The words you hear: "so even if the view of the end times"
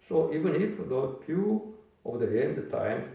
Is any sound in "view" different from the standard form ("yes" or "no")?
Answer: yes